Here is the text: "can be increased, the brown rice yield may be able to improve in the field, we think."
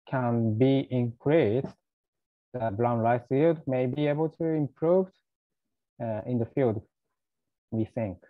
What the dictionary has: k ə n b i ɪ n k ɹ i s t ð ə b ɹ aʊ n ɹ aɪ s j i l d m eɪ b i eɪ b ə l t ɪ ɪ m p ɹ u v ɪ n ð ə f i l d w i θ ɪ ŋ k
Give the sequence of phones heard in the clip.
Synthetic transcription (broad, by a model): k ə n b i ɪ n k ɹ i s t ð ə b l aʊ n l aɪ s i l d m eɪ b i eɪ b ə l t ɪ ɪ m p ɹ u v ɪ n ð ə f i l d w i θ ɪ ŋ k